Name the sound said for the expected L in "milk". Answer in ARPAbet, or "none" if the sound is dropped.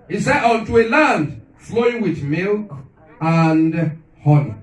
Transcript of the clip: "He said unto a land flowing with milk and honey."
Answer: L